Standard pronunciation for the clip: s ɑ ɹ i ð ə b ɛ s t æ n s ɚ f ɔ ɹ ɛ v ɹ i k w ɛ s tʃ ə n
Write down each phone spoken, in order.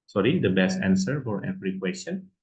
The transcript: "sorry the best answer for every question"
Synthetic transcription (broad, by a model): s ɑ ɹ i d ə b ɛ s t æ n s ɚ f ɔ ɹ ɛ p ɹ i k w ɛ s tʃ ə n